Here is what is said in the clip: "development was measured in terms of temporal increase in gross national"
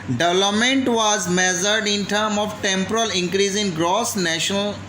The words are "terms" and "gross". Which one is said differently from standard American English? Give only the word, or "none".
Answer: terms